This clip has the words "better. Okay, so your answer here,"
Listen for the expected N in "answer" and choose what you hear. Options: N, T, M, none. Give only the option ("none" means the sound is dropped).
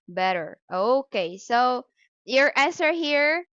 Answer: none